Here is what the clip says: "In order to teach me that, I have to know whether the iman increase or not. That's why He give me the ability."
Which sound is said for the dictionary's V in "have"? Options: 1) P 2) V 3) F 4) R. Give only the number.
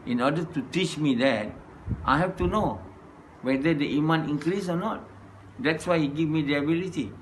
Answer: 3